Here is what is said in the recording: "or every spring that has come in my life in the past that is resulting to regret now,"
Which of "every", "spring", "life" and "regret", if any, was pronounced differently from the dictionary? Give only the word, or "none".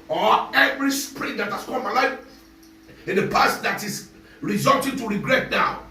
none